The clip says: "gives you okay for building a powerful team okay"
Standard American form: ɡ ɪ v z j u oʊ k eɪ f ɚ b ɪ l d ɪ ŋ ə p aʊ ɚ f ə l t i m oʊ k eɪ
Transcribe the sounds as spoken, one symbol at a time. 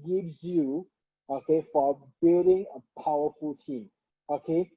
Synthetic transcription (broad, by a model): ɡ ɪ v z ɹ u oʊ k eɪ f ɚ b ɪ d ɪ ŋ ə p aʊ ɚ f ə l t i m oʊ k eɪ